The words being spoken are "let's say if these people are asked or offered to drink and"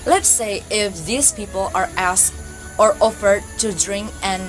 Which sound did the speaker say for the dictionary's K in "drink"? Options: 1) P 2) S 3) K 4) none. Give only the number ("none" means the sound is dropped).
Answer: 3